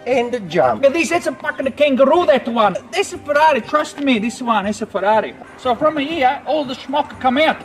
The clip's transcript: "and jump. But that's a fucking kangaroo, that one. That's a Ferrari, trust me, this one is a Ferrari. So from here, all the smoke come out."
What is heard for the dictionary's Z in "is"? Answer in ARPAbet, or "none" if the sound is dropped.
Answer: S